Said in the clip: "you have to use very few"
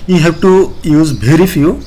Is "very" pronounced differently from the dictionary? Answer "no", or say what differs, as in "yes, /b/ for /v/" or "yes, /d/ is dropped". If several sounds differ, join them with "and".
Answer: yes, /b/ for /v/